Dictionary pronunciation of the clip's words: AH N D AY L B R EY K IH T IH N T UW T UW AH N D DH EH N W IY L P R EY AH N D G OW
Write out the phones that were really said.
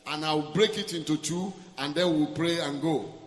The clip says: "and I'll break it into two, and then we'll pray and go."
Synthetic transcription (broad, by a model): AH N AY W B R EY K IH T IH N T UW T UW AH N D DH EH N W IY L P R EY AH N G OW